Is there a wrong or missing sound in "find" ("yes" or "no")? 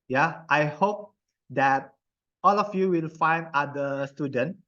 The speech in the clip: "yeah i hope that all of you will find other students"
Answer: no